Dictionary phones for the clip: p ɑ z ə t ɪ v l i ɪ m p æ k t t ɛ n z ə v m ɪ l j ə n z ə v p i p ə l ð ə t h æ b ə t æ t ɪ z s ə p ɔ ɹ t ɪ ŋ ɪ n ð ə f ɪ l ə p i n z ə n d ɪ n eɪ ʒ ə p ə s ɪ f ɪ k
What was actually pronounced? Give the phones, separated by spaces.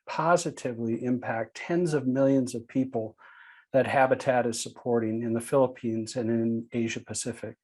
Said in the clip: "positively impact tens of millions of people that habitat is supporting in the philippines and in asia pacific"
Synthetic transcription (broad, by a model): p ɑ z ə t ɪ v l i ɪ m p æ k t t ɛ n z ə v m ɪ l j ə n z ə v p i p l ð ə t h æ b ə t æ t ɪ z s ə p ɔ ɹ t ɪ ŋ ɪ n ð ə f ɪ l ə p i n z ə n ɪ n eɪ ʒ ə p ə s ɪ f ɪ k